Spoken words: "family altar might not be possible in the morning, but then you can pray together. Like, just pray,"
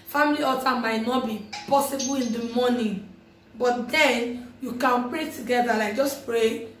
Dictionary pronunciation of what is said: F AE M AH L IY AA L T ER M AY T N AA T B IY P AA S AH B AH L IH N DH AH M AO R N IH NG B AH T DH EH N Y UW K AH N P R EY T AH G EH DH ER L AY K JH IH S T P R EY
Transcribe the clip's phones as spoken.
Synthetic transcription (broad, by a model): F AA M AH L IY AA T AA M AY T N AA T B IY P AA S AH B AH L IH N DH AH M AO N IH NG B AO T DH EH N Y UW K AH N P R EY T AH G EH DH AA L AY JH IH S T P R EY